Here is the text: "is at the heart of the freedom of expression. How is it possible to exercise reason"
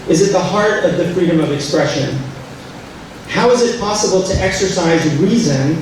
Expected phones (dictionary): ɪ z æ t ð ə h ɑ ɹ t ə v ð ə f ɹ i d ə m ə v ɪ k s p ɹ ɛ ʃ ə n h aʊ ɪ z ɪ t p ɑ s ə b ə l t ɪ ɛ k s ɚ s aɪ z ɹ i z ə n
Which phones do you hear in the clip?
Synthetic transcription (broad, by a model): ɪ z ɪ t ð ə h ɑ ɹ t ə v ð ə f ɹ i d ə m ə v ɪ k s p ɹ ɛ ʃ ə n h aʊ ɪ z ɪ t p ɑ s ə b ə l t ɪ ɛ k s ɚ s aɪ z ɹ i z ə n